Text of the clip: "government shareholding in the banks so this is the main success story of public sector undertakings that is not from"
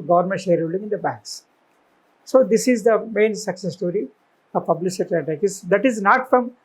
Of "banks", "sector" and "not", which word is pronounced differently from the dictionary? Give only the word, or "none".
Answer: sector